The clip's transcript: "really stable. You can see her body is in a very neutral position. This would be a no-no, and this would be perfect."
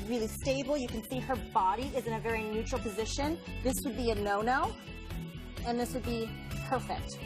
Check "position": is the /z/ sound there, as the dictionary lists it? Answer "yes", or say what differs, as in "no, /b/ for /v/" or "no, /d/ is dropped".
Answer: yes